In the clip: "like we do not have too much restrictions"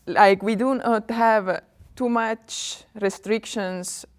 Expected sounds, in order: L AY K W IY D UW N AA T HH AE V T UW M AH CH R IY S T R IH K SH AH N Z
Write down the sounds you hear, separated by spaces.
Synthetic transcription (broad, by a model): L AY K W IY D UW N AA T HH AE V T UW M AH CH R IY S T R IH K SH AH N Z